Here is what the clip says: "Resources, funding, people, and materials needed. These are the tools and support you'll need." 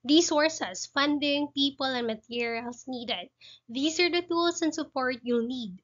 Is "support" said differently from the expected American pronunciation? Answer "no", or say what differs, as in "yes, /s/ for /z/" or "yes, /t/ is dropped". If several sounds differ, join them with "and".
no